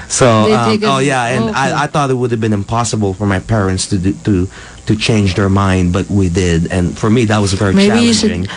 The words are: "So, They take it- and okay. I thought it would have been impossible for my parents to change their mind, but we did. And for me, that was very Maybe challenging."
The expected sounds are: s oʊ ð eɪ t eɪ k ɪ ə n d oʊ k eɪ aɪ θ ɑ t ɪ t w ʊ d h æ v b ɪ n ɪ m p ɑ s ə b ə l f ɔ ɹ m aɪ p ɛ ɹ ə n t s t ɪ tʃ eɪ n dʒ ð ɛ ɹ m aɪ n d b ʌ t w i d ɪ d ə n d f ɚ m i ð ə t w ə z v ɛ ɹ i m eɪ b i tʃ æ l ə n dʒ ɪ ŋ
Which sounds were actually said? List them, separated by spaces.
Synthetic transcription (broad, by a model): s oʊ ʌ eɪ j ɪ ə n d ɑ ɪ aɪ θ ɑ t ɪ t w ʊ d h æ v b ɪ n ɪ m p ɑ s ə b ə l f ɔ ɹ m aɪ p ɛ ɹ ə n t s t ɪ tʃ eɪ n dʒ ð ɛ ɹ m aɪ n d b ʌ t w i d ɪ d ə n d f ɚ m i ð ə t w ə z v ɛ ɹ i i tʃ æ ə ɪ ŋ